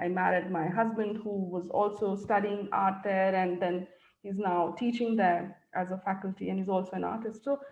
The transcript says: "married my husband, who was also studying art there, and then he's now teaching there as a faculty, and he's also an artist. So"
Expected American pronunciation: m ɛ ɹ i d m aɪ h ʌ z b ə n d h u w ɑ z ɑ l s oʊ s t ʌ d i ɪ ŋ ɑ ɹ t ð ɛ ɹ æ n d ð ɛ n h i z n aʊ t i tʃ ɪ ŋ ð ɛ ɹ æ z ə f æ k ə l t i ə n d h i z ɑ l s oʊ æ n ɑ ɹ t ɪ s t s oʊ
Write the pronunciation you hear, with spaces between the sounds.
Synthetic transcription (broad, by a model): m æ ɹ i d m aɪ h ʌ z b ə n d h u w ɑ z ɑ l s oʊ s t ʌ d i ɪ ŋ ɑ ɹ t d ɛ ɹ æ n d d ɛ n h i z n aʊ t i tʃ ɪ ŋ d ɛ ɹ æ z ə f æ k ə l t i ə n d h i z ɑ l s oʊ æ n ɑ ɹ t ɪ s t s oʊ